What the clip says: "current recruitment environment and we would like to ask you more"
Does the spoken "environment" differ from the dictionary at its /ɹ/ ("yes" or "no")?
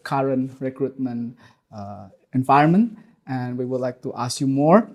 yes